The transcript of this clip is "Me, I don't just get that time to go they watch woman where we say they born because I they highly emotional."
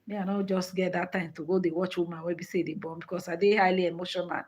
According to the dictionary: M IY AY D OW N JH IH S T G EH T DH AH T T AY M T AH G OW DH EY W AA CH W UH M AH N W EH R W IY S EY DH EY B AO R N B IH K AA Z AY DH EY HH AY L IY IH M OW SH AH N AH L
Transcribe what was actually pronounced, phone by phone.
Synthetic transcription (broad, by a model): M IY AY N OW JH IH S T G EH T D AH T T AY M T AH G OW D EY W AA CH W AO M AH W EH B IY S EY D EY B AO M B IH K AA S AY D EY HH AY L IY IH M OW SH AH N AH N